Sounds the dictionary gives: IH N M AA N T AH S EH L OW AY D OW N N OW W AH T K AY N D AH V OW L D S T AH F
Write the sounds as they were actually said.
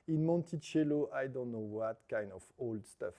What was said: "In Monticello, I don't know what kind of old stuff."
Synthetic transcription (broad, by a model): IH N M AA N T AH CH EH L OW AY D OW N N OW W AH T K AY N D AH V OW L D S T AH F